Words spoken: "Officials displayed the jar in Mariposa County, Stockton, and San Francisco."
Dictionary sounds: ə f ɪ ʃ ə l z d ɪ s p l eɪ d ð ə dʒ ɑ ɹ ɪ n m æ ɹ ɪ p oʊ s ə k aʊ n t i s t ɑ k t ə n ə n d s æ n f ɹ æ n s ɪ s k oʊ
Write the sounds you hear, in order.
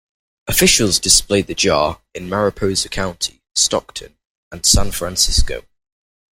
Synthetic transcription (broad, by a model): ə f ɪ ʃ ə l z d ɪ s p l eɪ d ð ə dʒ ɑ ɹ ɪ n m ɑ ɹ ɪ p oʊ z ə k aʊ n t i s t ɑ k t ə n ə n s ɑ n f ɹ æ n s ɪ s k oʊ